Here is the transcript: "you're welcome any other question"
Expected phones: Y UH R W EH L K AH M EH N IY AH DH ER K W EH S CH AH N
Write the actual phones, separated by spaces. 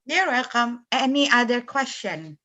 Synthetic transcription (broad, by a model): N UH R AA K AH M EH N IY AH DH ER K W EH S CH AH N